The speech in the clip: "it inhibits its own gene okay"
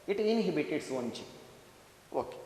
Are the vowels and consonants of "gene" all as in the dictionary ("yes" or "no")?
no